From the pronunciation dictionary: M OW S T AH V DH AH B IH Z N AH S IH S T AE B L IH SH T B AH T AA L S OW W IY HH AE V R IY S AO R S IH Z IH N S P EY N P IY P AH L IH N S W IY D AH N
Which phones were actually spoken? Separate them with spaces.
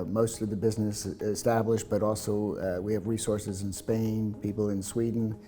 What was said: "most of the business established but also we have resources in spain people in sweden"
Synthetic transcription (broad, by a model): M OW S T AH V DH AH B IH Z N AH S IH S T AE B L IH SH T B AH T AA L S OW W IY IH V R IY S AO R S IH Z IH N S P EY N P IY P L IH N S W IY D N